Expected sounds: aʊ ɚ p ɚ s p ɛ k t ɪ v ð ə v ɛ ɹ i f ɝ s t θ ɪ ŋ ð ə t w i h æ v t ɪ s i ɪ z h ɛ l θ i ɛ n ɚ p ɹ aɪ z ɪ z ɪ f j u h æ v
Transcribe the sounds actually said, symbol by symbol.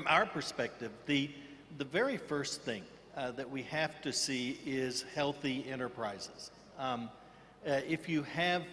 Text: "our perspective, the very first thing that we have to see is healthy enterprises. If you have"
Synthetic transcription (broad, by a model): aʊ ɚ p ɚ s p ɛ k t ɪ v ð ə v ɛ ɹ i f ɝ s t θ ɪ ŋ ð ə t w i h æ f t ɪ s i ɪ z h ɛ l θ i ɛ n ɚ p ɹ aɪ z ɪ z ɪ f j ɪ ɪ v